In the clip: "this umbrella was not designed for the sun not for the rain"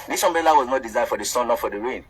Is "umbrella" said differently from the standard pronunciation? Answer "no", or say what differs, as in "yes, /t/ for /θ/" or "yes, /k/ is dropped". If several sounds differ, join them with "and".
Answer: yes, /ɹ/ is dropped